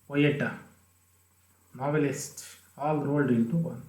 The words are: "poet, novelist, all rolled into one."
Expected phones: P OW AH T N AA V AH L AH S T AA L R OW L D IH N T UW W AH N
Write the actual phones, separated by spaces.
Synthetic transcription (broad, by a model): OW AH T N AA V AH L AH S T AA L R OW L D IH N T UW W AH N